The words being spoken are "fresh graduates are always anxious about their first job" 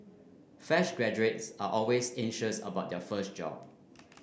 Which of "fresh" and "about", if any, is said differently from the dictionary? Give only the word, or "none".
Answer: fresh